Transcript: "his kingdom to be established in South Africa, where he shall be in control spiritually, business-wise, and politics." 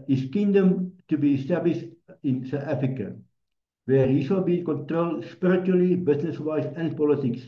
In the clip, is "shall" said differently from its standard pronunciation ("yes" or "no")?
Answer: yes